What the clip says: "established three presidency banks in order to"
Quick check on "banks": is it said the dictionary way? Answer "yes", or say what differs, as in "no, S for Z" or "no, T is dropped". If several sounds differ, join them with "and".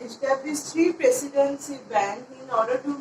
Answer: no, S is dropped